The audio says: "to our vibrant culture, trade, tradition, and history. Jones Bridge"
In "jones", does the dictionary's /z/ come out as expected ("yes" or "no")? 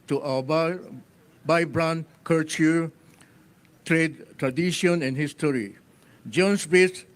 no